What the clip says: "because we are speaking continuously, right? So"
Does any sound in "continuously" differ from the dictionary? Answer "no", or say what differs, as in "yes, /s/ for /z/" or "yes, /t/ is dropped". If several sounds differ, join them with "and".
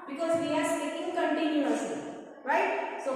yes, /l/ is dropped